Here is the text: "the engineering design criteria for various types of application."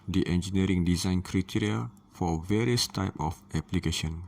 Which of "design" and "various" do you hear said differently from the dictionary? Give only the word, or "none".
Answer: none